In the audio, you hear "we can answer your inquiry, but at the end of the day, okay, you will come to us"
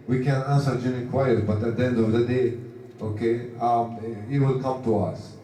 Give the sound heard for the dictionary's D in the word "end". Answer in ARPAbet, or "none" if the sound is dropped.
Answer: D